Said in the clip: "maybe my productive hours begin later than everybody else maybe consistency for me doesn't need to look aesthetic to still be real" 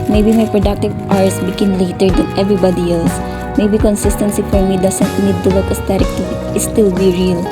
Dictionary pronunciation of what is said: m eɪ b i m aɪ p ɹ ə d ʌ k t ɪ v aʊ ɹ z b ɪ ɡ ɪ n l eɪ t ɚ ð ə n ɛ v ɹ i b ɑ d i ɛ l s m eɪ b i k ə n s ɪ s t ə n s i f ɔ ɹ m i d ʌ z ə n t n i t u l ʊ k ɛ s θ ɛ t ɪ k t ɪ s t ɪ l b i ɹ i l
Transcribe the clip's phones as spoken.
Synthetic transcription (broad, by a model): m eɪ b i m aɪ p ɹ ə d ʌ k t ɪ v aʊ ɹ s b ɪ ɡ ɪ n l eɪ t ɚ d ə n ɛ v ɹ i b ɑ d i ɛ l s m eɪ b i k ə n s ɪ s t ə n s i f ɔ ɹ m i d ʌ s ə n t n i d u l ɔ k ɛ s t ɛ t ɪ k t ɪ s t ɪ l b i ɹ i l